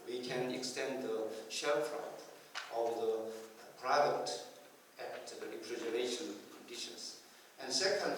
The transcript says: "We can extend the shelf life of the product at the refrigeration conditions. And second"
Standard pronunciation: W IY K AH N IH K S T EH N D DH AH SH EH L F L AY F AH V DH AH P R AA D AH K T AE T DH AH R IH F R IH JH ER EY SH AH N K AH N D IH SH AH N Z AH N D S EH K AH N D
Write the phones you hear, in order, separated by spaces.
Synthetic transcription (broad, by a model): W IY K AH N IH K S T EH N D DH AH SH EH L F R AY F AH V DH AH P R AA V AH T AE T R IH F R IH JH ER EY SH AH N K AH N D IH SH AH N S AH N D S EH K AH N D